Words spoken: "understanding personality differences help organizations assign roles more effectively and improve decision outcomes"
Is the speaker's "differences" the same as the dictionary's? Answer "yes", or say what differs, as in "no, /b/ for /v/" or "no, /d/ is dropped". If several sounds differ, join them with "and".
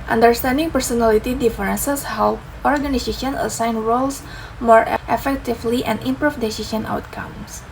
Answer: no, /s/ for /z/